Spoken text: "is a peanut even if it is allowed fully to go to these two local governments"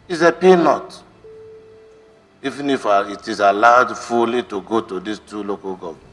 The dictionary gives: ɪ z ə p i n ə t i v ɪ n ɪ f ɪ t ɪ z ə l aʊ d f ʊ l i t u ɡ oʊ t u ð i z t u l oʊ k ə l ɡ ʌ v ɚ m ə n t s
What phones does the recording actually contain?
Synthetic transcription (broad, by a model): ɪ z ə p i n ə t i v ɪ n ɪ f ɪ t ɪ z ə l aʊ d f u l i t u ɡ oʊ t u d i s t u l oʊ k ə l ɡ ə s